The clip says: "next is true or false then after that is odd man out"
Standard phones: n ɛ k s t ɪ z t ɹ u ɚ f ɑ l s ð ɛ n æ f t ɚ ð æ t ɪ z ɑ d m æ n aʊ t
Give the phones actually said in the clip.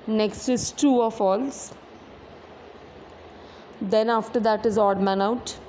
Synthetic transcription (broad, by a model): n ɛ k s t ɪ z t u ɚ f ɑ l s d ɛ n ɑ f t ɚ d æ t ɪ z ɑ d m æ n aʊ t